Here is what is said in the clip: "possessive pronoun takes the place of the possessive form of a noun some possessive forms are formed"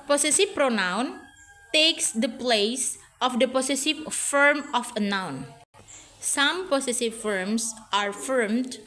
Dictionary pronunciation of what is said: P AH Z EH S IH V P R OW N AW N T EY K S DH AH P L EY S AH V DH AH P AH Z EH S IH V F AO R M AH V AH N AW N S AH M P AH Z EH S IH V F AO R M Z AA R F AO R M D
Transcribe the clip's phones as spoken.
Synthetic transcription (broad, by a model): P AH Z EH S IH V P R OW N AW N T EY K S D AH P L EY S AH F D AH P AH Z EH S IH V F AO R M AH F AH N AW N S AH M P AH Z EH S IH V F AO R M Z AA R F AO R M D